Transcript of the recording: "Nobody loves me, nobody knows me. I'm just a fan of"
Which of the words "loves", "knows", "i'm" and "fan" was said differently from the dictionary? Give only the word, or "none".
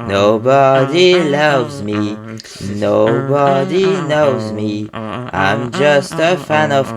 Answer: none